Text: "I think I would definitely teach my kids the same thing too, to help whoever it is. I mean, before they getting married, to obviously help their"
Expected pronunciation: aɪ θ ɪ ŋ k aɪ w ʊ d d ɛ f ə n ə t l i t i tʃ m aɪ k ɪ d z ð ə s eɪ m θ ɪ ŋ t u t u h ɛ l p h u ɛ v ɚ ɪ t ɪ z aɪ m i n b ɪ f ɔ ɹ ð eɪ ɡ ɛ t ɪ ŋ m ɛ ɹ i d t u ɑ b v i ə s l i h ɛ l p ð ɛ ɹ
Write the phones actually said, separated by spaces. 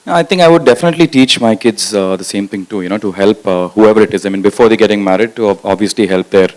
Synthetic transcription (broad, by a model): aɪ t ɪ ŋ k aɪ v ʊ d d ɛ f ə n ə t l i t i tʃ m aɪ k ɪ d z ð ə s eɪ m t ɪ ŋ t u t u h ɛ l p h u ɛ v ɚ ɪ t ɪ z aɪ m i n b ɪ f ɔ ɹ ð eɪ ɡ ɛ t ɪ ŋ m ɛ ɹ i d t u ɑ b v i ə s l i h ɛ l p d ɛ ɹ